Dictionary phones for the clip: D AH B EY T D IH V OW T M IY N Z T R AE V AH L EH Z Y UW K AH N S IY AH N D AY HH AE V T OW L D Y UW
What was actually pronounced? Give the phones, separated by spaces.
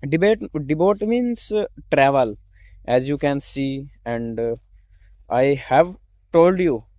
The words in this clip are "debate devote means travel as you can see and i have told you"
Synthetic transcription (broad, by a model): D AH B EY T D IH B OW T M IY N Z T R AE V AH L EH Z Y UW K AH N S IY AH N D AY HH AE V T OW L D Y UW